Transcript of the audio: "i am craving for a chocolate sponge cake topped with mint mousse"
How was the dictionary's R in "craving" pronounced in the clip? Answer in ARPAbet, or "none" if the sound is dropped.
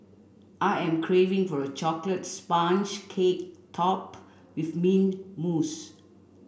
R